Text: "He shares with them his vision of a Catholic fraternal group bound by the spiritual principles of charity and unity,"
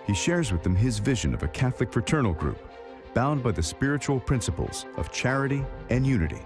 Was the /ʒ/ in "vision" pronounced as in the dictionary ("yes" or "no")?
yes